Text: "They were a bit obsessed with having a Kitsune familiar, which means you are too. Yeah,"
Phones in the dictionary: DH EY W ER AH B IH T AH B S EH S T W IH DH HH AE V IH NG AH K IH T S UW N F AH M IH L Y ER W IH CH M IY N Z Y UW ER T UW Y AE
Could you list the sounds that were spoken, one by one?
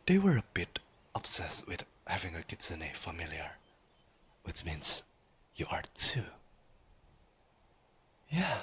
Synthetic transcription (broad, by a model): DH EY W ER AH B IH T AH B S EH S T W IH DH HH AE V IH NG AH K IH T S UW N F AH M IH L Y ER W IH CH M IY N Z Y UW ER T UW Y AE